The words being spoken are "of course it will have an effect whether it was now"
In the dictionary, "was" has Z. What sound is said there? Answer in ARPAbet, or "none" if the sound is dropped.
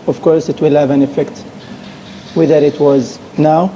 Z